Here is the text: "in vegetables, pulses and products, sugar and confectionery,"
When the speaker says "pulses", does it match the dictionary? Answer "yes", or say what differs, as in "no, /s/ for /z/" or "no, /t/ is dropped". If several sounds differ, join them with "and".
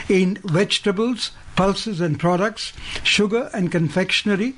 yes